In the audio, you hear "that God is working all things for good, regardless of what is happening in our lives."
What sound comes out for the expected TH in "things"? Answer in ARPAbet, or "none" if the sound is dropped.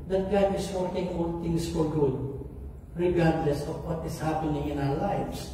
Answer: T